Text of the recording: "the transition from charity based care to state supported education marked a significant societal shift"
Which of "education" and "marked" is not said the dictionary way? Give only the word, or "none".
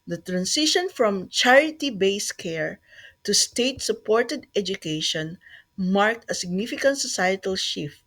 none